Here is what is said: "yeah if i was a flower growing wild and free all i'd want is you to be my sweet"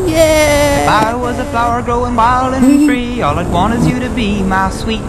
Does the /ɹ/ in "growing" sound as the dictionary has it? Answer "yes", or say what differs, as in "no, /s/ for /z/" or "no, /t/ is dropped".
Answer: yes